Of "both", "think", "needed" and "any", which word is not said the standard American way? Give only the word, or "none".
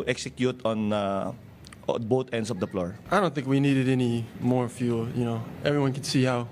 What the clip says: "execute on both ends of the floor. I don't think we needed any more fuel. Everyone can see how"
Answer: both